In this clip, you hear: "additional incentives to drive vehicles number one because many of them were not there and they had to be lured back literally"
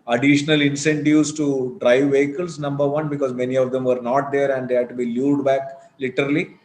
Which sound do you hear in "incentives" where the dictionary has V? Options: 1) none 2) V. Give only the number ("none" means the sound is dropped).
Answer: 1